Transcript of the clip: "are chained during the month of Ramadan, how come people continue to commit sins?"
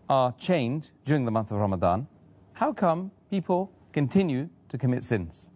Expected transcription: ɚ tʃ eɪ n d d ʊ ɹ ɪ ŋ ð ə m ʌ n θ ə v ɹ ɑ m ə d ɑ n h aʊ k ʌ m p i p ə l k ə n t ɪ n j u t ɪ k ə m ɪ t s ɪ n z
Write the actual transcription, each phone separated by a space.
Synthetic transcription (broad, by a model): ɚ tʃ eɪ n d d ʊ ɹ ɪ ŋ ð ə m ʌ n θ ə v ɹ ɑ m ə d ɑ n h aʊ k ʌ m p i p ə l k ə n t ɪ n j u t ɪ k ə m ɪ t s ɪ n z